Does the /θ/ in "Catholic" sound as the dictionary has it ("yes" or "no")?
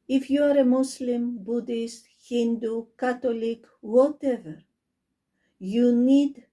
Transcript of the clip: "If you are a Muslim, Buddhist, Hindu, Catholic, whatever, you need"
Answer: no